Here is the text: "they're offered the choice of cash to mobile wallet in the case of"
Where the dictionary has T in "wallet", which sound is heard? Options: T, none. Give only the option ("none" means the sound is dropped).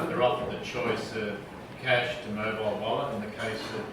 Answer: none